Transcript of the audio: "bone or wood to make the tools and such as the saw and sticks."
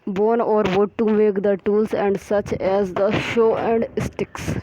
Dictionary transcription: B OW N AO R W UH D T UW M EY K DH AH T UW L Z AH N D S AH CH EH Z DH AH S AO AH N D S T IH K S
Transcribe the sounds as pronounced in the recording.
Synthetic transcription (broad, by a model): B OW N AO R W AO T UW M EY K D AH T UW L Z AH N D S AH CH EH Z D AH SH AO AH N D S T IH K S